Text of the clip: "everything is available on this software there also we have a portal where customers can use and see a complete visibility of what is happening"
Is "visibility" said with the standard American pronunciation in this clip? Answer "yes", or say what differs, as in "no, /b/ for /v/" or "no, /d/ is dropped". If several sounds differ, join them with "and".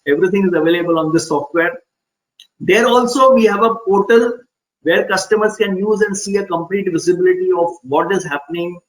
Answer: yes